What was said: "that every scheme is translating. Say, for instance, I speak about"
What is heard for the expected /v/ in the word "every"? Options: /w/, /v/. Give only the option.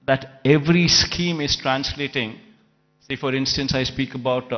/v/